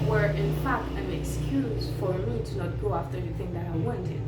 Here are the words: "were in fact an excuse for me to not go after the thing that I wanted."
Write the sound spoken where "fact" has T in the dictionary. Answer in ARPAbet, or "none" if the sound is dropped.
none